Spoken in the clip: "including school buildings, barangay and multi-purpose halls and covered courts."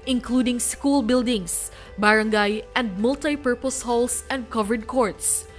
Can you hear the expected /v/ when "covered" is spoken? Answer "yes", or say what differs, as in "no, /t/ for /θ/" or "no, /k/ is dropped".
yes